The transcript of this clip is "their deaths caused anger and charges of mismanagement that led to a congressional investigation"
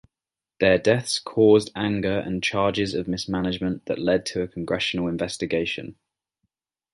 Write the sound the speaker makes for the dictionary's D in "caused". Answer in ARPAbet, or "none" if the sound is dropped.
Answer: D